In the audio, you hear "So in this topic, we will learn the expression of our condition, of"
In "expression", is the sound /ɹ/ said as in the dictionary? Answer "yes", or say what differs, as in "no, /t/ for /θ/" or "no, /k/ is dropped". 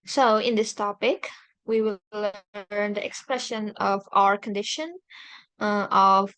yes